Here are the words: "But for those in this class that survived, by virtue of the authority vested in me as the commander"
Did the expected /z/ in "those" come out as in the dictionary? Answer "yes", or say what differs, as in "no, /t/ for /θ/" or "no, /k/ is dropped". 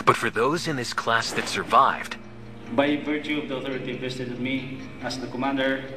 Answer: yes